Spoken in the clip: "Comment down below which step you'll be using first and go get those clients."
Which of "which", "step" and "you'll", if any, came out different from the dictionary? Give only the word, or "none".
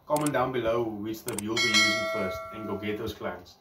step